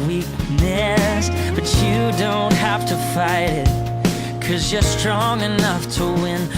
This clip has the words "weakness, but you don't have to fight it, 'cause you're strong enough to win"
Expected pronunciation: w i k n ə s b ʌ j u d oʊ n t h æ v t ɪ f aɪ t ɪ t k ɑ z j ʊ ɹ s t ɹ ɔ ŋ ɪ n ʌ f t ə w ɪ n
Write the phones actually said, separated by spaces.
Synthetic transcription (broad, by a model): w i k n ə s b ʌ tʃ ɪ d oʊ n t h æ f t ɪ f aɪ t ɪ t k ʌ z j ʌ ɹ s t ɹ ɔ ŋ ɪ n ʌ f t ə w ɪ n